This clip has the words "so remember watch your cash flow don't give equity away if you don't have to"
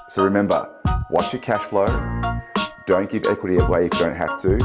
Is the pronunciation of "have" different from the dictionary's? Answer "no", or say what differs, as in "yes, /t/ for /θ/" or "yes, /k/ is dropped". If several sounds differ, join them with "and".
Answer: yes, /f/ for /v/